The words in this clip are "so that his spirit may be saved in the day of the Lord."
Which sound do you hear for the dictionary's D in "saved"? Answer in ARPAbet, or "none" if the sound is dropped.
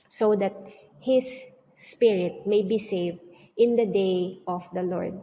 D